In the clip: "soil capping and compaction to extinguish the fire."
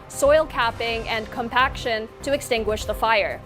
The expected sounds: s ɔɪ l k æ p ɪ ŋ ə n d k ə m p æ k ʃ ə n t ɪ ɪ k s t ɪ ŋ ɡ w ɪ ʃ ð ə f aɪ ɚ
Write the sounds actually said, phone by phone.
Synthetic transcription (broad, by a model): s ɔɪ l k æ p ɪ ŋ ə n k ə m p æ k ʃ ə n t ɪ ɪ k s t ɪ ŋ ɡ w ɪ ʃ ð ə f aɪ ɚ